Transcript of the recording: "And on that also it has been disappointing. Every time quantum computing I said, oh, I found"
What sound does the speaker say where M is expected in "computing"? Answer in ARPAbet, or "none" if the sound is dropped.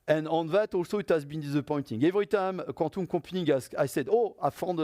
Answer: none